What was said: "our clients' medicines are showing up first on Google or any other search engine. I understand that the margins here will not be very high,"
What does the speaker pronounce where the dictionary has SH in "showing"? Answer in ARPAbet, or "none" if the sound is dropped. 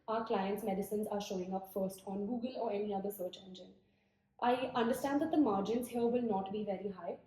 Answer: SH